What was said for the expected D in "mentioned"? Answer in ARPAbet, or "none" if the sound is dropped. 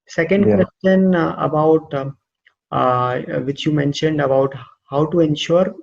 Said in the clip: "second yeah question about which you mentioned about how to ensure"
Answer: D